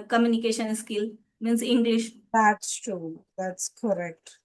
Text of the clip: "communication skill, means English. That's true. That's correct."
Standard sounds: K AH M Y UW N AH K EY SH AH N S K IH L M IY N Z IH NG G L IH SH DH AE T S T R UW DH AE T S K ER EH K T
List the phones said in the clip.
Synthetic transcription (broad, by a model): K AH M Y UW N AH K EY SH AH N S K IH L M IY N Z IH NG G L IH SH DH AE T S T UW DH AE T S K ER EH K T